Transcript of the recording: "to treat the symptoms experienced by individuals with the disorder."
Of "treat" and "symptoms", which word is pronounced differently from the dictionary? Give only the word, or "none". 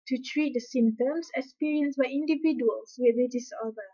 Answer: symptoms